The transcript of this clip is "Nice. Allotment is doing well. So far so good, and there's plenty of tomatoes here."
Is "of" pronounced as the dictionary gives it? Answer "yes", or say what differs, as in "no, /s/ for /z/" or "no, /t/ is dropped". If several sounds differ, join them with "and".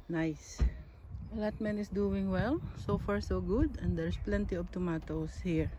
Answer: no, /b/ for /v/